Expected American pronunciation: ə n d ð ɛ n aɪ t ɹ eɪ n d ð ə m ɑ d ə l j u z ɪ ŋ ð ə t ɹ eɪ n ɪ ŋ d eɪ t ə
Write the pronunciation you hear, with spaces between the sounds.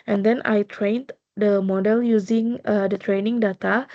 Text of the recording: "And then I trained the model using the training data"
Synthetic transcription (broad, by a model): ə n d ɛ n aɪ t ɹ eɪ n d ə m ɑ d ə l j u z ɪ ŋ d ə t ɹ eɪ n ɪ ŋ d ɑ t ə